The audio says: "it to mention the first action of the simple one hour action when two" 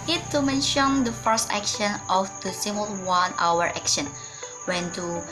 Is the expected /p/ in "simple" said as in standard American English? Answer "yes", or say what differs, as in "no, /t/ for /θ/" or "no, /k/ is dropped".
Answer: no, /p/ is dropped